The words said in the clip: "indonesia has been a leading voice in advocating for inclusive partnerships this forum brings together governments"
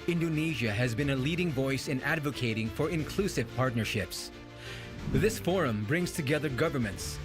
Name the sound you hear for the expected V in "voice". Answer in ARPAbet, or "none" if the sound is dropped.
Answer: V